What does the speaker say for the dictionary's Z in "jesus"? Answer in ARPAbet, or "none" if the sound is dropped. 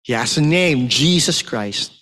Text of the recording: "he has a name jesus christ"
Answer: Z